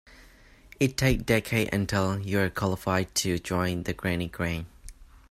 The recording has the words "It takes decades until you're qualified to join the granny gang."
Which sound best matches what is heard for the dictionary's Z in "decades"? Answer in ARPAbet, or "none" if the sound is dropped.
none